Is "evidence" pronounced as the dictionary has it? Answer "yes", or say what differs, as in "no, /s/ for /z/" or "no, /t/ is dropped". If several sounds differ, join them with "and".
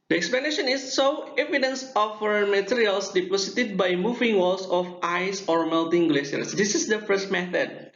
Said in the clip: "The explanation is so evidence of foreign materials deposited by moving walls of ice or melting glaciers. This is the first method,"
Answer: yes